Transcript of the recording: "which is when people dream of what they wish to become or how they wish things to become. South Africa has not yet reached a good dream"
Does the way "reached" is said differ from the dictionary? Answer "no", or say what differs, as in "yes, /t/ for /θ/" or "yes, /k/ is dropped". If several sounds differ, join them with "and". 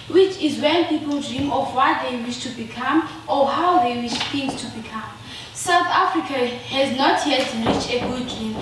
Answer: yes, /t/ is dropped